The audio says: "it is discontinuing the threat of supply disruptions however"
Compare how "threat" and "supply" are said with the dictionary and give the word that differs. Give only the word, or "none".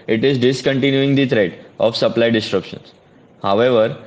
threat